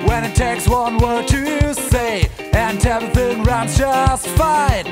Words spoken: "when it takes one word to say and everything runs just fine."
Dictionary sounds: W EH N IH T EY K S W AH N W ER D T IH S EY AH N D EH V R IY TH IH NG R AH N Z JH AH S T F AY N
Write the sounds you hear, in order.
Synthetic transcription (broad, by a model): W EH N IH T EY K S W AH N W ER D T IH S EY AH N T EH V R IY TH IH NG R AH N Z JH AH S T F AY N